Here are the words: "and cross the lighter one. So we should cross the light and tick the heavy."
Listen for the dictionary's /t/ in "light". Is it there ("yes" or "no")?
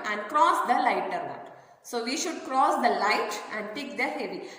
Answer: yes